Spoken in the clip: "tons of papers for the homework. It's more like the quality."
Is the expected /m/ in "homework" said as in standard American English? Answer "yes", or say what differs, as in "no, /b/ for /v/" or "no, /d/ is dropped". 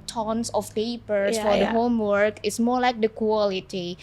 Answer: yes